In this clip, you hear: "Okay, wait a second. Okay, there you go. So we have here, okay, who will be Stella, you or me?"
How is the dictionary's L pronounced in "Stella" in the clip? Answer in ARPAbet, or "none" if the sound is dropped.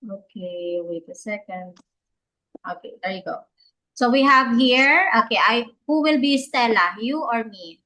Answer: L